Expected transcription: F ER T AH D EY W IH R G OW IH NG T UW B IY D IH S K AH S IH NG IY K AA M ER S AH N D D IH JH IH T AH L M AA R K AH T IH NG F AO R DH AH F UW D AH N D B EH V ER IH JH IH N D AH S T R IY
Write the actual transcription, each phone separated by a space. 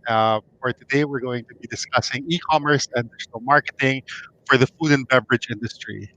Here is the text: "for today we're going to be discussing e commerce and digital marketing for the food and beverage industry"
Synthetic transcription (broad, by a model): F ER T AH D EY W IH R G OW IH NG T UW B IY D IH S K AH S IH NG IY K AA M ER S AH N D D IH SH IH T L M AA R K AH T IH NG F AO R DH AH F UW D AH N B EH V ER IH JH IH N D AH S T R IY